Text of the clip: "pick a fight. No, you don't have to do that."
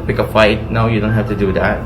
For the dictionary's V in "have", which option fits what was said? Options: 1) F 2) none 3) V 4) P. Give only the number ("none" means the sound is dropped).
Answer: 1